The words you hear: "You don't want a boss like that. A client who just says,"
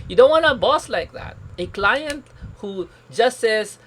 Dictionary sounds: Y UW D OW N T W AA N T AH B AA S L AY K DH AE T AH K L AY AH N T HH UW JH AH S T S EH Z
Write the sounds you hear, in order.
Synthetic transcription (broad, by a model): Y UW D OW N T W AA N AH B AA S L AY K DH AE T AH K L AY AH N T HH UW JH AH S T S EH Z